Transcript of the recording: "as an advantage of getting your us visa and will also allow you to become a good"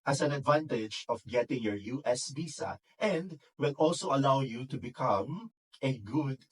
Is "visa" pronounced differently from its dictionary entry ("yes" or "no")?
yes